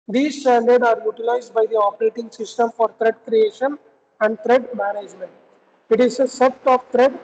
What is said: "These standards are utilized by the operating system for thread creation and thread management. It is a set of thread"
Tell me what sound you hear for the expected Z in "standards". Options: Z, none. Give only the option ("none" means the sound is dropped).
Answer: none